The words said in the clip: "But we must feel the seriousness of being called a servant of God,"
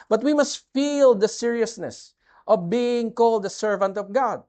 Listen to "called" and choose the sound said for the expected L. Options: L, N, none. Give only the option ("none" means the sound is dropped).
L